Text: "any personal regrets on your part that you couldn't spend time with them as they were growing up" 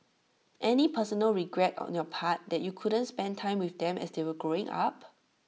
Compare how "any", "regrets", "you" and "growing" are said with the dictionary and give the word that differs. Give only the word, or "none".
regrets